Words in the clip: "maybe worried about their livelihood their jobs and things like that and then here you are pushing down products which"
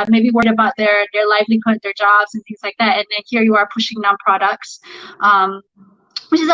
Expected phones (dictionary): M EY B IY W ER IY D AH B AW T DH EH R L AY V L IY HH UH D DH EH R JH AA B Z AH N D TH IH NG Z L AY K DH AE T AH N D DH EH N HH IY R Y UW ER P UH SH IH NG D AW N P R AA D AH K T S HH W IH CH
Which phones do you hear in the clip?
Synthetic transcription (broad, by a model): M EY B IY W ER IY D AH B AW T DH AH R L AY V L IY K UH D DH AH R JH AA B Z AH N TH IH NG Z L AY K DH AE T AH N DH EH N HH IY R Y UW ER P UH SH IH NG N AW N P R AA D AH K T S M W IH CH